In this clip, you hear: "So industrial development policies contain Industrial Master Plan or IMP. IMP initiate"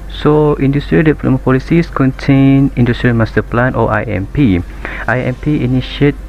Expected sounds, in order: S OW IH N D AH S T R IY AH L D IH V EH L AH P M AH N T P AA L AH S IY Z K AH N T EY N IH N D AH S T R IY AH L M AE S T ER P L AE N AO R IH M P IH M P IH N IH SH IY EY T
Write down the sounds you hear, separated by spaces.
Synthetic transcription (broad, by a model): S OW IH N D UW S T R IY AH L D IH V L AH M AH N P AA L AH S IY S K AH N T EY N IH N D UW S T R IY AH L M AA S T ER P L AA N AO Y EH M P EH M P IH N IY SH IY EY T